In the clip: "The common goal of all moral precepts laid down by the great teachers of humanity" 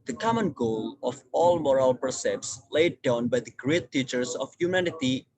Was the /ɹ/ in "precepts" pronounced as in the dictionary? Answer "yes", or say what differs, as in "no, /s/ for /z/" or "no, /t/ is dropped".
no, /ɹ/ is dropped